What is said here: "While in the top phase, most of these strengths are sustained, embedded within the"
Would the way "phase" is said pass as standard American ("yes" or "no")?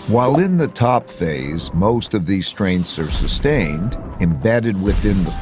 yes